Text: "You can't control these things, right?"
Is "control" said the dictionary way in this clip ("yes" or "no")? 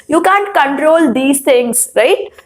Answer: yes